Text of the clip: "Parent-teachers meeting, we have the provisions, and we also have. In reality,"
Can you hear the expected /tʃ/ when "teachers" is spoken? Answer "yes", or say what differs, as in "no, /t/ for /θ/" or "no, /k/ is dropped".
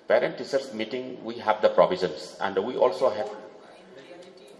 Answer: no, /s/ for /tʃ/